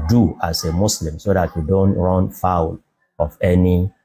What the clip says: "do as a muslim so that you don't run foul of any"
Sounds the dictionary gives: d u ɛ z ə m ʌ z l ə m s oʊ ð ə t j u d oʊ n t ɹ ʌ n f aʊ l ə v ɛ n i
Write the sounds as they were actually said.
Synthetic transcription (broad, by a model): d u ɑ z ə m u s l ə m s oʊ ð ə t j u d oʊ n t ɹ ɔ n f aʊ l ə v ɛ n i